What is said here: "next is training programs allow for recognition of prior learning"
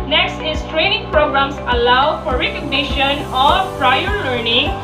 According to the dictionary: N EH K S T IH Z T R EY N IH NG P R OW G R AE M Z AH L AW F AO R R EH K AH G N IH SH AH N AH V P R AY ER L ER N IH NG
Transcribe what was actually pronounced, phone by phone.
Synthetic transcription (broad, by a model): N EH K S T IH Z T R EY N IH NG P R OW G R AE M S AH L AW F AO R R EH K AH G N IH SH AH N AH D P R AY ER L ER N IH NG